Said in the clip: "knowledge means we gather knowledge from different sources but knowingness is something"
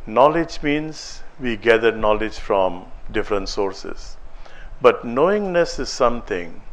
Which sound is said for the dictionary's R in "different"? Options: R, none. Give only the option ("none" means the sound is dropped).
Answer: R